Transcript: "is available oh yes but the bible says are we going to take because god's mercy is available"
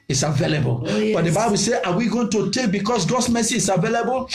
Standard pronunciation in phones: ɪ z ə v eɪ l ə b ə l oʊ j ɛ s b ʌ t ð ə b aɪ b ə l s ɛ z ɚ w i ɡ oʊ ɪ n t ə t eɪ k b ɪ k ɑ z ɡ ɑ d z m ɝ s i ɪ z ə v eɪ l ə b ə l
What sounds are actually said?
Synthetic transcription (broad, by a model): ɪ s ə v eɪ l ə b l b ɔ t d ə b aɪ b ə l s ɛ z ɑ w i ɡ oʊ ɪ n t ə t eɪ k b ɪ k ɑ s ɡ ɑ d s m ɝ s i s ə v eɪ l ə b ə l